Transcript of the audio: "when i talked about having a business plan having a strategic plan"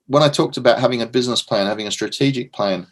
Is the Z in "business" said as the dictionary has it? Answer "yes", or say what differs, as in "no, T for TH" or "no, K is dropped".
yes